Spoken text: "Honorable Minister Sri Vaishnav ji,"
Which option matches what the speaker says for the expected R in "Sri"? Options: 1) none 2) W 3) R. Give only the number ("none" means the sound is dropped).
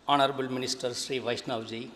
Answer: 3